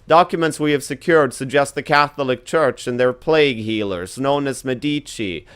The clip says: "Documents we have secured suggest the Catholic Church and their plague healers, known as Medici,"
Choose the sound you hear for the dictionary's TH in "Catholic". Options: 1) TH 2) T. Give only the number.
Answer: 1